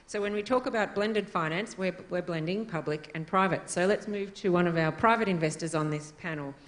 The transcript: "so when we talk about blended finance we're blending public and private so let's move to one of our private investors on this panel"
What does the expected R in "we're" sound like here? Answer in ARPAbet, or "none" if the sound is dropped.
W